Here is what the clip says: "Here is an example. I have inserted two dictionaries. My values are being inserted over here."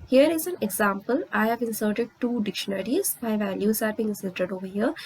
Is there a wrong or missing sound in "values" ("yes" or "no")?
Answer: yes